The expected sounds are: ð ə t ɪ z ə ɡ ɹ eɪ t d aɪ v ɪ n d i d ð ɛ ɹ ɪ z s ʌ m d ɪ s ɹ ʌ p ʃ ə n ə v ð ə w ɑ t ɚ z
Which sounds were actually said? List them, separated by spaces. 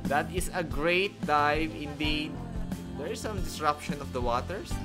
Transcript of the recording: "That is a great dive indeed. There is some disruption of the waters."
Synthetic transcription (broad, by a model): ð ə t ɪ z ə ɡ ɹ eɪ t d aɪ v ɪ n d i d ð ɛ ɹ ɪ s ʌ m d ɪ s ɹ ʌ p ʃ ə n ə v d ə w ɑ t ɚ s